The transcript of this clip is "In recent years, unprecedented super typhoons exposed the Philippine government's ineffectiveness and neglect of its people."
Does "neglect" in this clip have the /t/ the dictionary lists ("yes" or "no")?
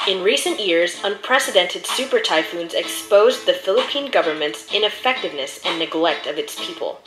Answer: yes